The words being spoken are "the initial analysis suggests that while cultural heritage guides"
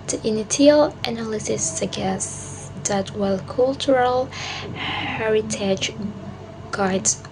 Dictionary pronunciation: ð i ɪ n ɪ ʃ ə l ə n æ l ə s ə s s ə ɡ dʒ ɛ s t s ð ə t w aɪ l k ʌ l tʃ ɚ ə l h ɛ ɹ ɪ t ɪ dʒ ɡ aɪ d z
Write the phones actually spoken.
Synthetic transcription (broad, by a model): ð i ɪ n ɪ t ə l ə n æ l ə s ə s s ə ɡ ɛ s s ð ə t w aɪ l k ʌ l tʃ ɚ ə l h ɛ ɹ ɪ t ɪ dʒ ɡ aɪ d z